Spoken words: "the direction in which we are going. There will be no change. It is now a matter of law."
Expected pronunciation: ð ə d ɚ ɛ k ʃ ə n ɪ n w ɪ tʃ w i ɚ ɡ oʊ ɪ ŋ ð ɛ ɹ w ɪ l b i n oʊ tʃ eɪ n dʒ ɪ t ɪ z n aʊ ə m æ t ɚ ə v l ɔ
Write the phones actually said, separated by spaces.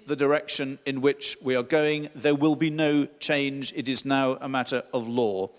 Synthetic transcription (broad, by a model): ð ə d ɚ ɛ k ʃ ə n ɪ n w ɪ tʃ w i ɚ ɡ oʊ ɪ ŋ ð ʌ ɹ w ɪ l b i n oʊ tʃ eɪ n dʒ ɪ t ɪ z n aʊ ə m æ t ɚ ə v l ɔ